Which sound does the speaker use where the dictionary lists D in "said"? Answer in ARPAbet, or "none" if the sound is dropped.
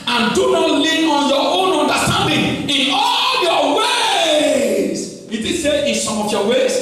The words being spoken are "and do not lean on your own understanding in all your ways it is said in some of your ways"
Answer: none